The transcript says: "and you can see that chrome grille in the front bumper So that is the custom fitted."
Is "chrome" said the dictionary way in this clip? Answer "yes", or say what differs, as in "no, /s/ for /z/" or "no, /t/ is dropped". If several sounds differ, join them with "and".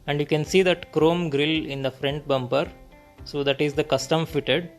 yes